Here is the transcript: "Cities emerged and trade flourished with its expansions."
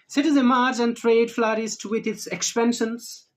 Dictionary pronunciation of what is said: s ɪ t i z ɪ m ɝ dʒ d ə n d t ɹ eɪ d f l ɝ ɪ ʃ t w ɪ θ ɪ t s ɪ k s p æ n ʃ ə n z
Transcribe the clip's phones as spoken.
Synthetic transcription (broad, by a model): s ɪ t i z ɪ m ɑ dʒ ə n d t ɹ eɪ d f l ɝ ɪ s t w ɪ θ ɪ t s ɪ k s p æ n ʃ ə n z